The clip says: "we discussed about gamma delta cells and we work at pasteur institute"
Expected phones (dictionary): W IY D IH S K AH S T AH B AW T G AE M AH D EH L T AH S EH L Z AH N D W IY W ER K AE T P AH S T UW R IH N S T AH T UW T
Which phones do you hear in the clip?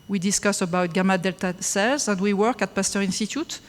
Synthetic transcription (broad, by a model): W IY D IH S K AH S AH B AW T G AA M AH D EH L T AH S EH L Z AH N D W IY W ER K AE T P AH S T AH R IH N S T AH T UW T